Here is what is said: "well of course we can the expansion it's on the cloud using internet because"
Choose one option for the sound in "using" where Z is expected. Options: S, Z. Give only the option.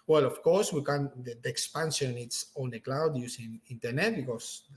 S